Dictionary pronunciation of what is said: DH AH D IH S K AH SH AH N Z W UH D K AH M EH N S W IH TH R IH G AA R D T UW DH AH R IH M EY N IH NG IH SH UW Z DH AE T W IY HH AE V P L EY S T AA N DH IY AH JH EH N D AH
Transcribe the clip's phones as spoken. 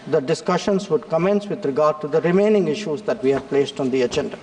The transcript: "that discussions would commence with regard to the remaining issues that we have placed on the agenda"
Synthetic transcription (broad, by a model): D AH D IH S K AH SH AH N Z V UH D K AH M EH N S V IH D R IH G AA R D T UW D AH R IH M EY N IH NG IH SH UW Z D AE T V IY HH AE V P L EY S T AA N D IY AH JH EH N D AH